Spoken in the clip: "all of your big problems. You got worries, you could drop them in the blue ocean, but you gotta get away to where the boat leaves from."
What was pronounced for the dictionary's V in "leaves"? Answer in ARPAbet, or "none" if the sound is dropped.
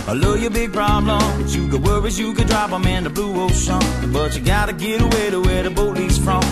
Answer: none